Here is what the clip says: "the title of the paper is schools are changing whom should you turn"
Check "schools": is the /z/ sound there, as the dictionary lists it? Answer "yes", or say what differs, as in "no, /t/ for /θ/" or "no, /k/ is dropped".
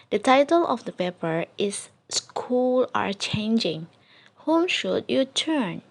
no, /z/ is dropped